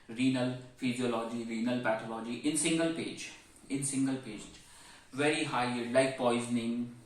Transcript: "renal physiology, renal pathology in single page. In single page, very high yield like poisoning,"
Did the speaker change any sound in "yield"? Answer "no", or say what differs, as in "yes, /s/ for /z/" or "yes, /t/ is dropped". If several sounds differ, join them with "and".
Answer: yes, /l/ is dropped